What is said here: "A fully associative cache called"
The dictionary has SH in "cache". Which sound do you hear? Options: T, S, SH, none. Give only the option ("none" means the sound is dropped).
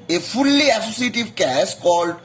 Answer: S